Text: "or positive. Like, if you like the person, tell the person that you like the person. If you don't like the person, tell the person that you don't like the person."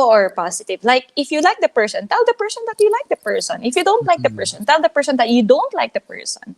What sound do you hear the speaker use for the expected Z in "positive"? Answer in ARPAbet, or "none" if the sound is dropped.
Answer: S